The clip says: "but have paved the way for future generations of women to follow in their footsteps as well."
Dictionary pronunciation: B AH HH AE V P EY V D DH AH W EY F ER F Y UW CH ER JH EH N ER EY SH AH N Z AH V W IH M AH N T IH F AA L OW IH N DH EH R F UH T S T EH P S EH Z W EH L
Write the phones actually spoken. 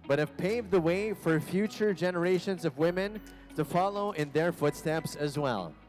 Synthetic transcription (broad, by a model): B AH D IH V P EY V DH AH W EY F ER F Y UW CH ER JH EH N ER EY SH AH N Z AH V W IH M AH N T IH F AA L OW IH N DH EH R F UH T S T EH P S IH Z W EH L